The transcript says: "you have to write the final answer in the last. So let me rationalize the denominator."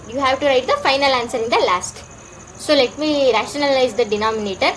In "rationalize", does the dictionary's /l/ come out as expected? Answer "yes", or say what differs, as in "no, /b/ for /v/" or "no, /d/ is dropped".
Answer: yes